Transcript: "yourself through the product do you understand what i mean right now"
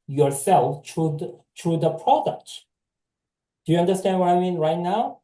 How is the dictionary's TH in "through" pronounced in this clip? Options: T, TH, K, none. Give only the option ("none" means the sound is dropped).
T